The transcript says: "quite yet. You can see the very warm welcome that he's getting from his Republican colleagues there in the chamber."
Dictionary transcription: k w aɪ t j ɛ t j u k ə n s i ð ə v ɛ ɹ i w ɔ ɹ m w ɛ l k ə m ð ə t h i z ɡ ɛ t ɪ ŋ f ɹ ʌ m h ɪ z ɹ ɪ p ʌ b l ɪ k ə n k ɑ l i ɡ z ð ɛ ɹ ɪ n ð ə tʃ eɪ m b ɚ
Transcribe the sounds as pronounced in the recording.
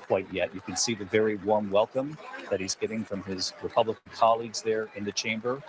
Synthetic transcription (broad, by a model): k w aɪ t j ɛ t j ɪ k ə n s i ð ə v ɛ ɹ i w ɔ ɹ m w ɛ l k ə m ð ə t h i z ɡ ɛ t ɪ ŋ f ɹ ʌ m ɪ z ɹ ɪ p ʌ b l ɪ k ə n k ɑ l i ɡ z ð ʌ ɹ ɪ n ð ə tʃ eɪ m b ɚ